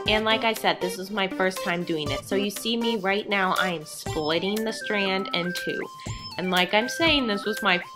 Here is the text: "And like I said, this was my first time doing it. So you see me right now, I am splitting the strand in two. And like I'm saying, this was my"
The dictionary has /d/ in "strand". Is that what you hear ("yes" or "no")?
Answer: yes